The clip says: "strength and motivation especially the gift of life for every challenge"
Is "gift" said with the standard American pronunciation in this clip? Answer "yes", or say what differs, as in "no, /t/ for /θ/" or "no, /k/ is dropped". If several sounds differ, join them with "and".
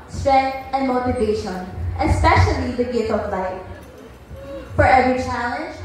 no, /f/ is dropped